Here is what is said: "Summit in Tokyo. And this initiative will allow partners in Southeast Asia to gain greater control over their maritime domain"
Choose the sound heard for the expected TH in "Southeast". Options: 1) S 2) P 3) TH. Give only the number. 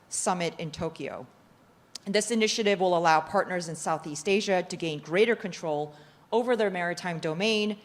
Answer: 3